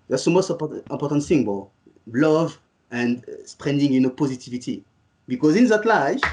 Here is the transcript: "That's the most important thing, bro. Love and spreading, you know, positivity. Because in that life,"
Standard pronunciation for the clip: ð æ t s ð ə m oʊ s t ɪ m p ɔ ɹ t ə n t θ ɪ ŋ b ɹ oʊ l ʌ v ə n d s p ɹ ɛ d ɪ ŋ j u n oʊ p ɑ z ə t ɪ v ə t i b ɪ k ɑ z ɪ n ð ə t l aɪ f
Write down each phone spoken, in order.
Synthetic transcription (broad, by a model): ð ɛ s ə m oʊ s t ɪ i p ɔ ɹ t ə n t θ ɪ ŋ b oʊ l ʌ v ə n d s p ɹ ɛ d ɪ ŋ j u n oʊ p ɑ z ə t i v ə t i b ɪ k ɑ z ɪ n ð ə t l aɪ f